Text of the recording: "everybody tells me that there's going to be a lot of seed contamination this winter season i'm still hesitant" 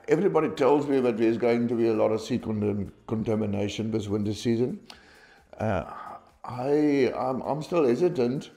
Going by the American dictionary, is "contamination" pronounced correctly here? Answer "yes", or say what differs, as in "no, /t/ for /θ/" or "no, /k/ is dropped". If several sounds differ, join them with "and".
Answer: yes